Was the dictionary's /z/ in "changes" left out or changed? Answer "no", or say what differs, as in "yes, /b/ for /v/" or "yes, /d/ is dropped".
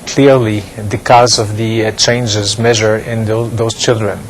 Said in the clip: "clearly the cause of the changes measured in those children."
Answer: no